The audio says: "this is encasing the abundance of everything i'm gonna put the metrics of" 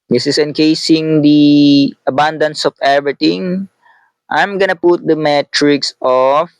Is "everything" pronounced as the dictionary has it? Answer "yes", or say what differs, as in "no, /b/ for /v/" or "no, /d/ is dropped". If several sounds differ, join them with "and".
no, /t/ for /θ/